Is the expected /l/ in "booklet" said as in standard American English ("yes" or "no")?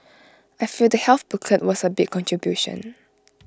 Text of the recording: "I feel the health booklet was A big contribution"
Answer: no